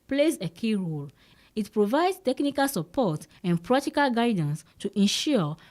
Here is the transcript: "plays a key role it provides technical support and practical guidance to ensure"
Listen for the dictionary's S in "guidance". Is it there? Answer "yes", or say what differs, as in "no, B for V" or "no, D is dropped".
yes